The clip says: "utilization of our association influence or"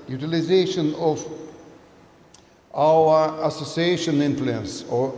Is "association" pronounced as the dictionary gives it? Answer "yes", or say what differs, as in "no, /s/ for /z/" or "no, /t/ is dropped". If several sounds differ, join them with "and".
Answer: yes